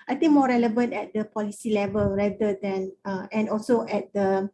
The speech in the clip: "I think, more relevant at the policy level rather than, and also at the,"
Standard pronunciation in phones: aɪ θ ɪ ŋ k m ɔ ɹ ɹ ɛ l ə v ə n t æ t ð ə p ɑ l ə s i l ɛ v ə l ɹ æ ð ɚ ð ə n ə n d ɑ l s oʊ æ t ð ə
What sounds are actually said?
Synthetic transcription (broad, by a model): aɪ t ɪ ŋ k m ɔ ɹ ɹ ɛ l ə v ə n t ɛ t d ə p ɑ l ə s i l ɛ v ə l ɹ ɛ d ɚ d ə n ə n ɑ l s oʊ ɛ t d ə